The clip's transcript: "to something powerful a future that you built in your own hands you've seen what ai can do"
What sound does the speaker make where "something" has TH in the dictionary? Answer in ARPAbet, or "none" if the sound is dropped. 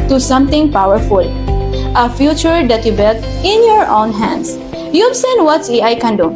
T